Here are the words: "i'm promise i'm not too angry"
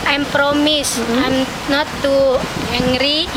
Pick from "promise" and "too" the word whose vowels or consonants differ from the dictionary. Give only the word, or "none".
none